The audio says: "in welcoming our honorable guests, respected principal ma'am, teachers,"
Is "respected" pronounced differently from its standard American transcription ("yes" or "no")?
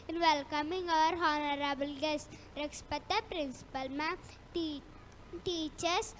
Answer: yes